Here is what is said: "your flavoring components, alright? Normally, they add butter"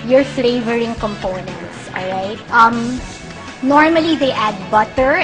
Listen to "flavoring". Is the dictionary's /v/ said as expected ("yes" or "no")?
yes